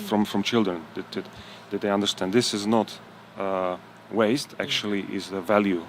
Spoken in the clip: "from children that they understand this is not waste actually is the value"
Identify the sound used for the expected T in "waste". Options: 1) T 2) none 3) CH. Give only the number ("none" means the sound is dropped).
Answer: 1